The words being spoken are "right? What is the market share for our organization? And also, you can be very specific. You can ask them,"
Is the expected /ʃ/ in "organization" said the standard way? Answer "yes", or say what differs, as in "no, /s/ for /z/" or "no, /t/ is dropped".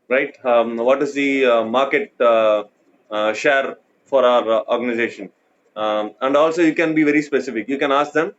yes